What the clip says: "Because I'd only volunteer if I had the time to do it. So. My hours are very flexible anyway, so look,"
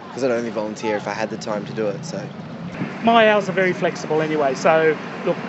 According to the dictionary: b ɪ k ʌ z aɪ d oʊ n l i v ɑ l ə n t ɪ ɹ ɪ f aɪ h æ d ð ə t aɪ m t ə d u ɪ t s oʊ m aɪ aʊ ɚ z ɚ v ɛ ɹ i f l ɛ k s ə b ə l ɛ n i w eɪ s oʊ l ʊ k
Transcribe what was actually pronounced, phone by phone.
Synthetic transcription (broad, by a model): k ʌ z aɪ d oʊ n l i v ɑ l ə n t ɪ ɹ ɪ f aɪ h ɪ d ð ə t aɪ m t ə d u ɪ t s oʊ m aɪ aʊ z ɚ v ɛ ɹ i f l ɛ k s ə b ə l ɛ n i w eɪ s oʊ l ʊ k